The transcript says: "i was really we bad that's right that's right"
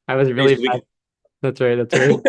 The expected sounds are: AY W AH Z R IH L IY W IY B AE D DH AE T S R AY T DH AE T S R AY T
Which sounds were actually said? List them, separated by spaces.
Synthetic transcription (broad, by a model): AY W AH Z R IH L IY IY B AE DH AE T S R AY T DH AE T S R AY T